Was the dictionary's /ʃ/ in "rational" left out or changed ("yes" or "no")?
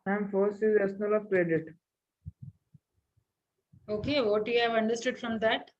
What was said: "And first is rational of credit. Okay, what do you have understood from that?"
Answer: yes